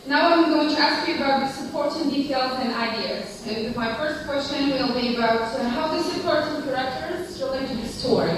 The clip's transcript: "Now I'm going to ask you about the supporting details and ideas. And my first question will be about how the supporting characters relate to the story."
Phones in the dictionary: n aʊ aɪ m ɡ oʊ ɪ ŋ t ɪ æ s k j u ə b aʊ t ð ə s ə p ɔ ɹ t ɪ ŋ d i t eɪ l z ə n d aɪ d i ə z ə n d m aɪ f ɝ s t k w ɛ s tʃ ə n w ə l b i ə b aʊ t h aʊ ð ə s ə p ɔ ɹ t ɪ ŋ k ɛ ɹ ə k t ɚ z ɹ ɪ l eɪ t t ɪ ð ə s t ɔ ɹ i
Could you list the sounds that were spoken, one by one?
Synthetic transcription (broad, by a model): n aʊ aɪ m ɡ oʊ ɪ ŋ t ɪ æ s k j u ə b aʊ t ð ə s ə p ɔ ɹ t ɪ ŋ d i t eɪ l z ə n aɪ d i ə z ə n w m aɪ f ɝ s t k w ɛ s tʃ ə n w ə l b i ə b aʊ t h aʊ ð ə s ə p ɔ ɹ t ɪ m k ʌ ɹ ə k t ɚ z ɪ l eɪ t t ɪ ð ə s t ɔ ɹ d